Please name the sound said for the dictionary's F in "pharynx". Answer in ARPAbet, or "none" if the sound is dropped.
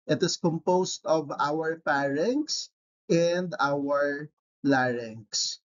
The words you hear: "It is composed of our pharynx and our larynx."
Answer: P